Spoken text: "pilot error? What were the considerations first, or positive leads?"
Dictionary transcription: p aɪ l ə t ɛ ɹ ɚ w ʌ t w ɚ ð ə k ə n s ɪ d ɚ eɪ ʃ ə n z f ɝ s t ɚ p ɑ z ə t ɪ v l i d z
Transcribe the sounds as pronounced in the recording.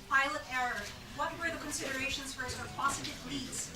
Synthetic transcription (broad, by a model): p aɪ l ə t ɛ ɹ ɚ w ʌ t w ɚ ð ə k ə n s ɪ d ɚ eɪ ʃ ə n z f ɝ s ɚ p ɑ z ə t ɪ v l i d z